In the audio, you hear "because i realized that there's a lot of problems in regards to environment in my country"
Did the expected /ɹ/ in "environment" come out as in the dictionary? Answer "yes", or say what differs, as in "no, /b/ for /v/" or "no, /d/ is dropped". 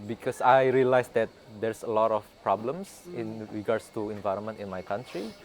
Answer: yes